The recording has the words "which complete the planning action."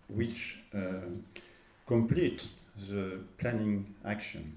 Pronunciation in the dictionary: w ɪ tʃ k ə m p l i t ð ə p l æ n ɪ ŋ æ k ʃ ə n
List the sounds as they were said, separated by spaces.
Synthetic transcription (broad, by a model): w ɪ tʃ k ə m p l i t ð ə p l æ n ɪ ŋ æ k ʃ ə n